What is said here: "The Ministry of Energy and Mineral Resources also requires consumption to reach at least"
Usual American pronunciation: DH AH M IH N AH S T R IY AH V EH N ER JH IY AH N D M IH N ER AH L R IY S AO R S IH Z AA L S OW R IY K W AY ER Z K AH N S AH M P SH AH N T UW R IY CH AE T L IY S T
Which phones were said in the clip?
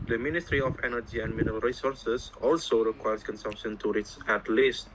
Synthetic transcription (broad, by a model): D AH M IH N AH S T R IY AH F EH N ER JH IY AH N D M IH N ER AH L R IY S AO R S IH S AA L S OW R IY K W AY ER S K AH N S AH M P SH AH N T UW R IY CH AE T L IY S T